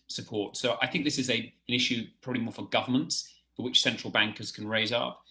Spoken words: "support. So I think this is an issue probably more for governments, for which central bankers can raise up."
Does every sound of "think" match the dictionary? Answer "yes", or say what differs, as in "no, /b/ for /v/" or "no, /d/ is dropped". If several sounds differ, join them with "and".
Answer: yes